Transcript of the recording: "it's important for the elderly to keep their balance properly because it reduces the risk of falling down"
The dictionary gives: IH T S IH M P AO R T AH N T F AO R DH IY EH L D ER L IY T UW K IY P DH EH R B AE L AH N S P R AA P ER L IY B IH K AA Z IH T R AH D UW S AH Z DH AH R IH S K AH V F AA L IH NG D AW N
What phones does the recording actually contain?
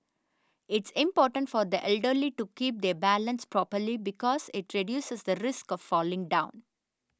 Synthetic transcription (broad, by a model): IH T S IH M P AO R T AH N T F AO R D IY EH L D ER L IY T UW K IY P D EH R B AE L AH N S P R AA P ER L IY B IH K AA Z IH T R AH D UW S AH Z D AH R IH S K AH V F AA L IH NG D AW N